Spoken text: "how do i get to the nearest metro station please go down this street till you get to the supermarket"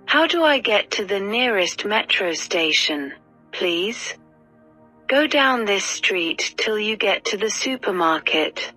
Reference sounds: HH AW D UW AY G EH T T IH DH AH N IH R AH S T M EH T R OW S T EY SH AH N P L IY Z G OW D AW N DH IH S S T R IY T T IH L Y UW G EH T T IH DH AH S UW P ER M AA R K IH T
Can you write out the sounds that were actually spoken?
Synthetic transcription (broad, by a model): HH AW D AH AY G EH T T IH DH AH N IH R AH S T M EH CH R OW S T EY SH AH N P L IY Z G OW D AW N DH IH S S T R IY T T IH L Y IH G EH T T IH DH AH S UW P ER M AA R K IH T